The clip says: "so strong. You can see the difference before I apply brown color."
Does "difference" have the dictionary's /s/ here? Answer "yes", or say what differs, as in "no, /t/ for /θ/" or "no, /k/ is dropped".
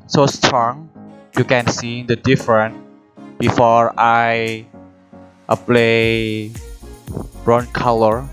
no, /s/ is dropped